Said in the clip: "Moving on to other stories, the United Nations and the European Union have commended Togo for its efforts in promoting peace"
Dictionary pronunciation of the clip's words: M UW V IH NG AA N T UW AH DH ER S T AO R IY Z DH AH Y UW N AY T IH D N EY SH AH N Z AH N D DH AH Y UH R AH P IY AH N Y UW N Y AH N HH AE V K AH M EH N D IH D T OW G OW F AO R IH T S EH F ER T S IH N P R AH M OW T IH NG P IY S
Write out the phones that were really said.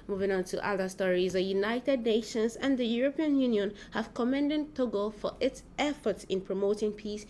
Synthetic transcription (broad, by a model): M UW V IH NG AA N T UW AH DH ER S T AO R IY Z DH AH Y UW N AY T IH D N EY SH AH N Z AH N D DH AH Y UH R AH P IY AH N Y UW N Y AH N HH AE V K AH M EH N D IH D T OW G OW F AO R IH T S EH F ER T S IH N P R AH M OW T IH NG P IY S